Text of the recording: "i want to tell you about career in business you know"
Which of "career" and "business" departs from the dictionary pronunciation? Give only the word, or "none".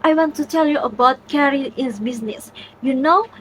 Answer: career